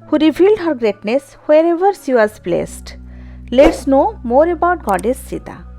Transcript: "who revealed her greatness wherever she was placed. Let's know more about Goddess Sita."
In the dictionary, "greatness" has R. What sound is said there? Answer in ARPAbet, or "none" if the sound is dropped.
R